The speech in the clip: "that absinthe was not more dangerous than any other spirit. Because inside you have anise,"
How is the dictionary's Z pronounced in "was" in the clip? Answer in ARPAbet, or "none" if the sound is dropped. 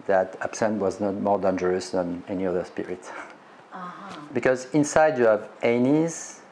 Z